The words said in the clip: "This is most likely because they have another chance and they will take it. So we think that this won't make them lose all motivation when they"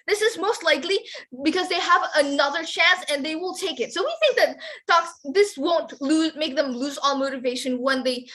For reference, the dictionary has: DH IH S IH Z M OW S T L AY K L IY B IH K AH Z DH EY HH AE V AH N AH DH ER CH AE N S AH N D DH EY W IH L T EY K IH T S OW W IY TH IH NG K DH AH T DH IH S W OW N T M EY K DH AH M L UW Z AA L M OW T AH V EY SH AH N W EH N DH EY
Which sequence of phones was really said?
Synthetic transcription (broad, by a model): DH IH S IH Z M OW S T L AY K L IY B IH K AH Z DH EY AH V AH N AH DH ER CH AE N S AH N DH EY W IH L T EY K IH T S OW W IY TH IH NG K DH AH T DH IH S W OW N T M EY K DH AH M L UW Z AA L M OW T AH V EY SH AH N W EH N DH EY